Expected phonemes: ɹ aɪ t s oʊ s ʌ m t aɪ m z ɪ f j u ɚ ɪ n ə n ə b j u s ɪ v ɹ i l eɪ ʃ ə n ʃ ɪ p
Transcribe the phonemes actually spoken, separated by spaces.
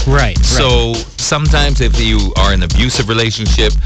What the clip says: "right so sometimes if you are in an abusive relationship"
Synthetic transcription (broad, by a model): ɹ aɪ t s oʊ s ʌ m t aɪ m z ɪ f j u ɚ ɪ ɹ ə n ə b j u s ɪ v ɹ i l eɪ ʃ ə n ʃ ɪ p